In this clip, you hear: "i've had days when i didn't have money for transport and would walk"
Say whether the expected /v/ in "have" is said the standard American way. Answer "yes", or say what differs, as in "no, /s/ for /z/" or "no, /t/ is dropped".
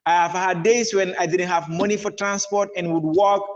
yes